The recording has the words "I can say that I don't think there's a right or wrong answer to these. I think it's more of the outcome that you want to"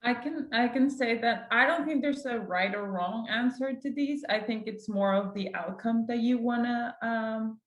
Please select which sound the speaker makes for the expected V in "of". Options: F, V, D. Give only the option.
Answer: V